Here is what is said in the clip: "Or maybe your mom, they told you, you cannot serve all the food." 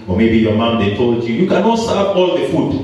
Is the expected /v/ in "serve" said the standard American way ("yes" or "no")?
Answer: no